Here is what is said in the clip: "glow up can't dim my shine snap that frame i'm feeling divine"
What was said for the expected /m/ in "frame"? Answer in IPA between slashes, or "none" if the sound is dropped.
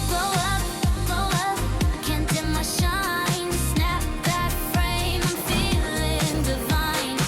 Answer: none